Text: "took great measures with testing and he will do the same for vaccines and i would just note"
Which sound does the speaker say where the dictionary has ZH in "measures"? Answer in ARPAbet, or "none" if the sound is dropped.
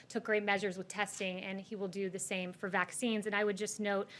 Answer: ZH